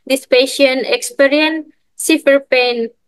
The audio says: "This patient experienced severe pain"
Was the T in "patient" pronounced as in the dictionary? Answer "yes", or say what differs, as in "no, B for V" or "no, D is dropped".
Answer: no, T is dropped